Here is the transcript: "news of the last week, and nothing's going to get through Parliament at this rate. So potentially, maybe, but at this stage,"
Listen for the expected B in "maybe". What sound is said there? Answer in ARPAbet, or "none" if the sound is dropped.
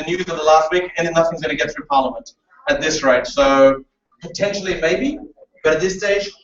B